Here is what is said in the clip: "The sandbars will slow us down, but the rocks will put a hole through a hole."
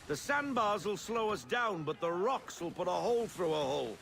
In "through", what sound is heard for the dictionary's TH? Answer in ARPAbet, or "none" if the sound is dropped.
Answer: TH